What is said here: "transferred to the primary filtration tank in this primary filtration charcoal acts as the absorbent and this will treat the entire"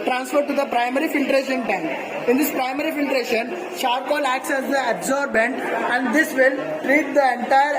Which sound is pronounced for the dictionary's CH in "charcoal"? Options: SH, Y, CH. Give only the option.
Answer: SH